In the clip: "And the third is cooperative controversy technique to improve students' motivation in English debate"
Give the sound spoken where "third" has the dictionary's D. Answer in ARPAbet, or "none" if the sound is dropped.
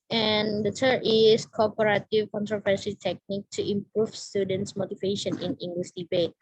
none